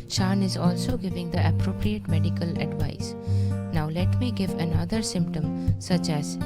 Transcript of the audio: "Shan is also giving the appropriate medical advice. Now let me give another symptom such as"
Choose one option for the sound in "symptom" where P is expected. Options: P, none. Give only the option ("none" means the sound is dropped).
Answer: P